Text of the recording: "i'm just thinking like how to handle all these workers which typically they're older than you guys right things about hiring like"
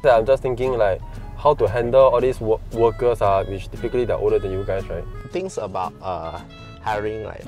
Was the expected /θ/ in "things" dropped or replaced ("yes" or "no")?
yes